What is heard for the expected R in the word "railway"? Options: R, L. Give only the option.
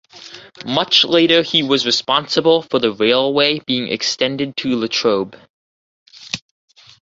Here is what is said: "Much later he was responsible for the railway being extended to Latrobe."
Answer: R